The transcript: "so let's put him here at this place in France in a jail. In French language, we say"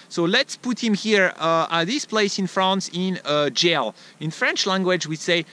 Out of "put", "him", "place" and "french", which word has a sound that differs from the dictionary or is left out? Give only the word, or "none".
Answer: none